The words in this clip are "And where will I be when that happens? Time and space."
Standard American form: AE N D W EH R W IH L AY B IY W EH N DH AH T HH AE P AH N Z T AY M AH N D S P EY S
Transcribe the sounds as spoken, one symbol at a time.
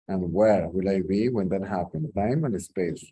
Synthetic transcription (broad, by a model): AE N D W EH R W IH L AY B IY W EH N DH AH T HH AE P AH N T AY M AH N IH S P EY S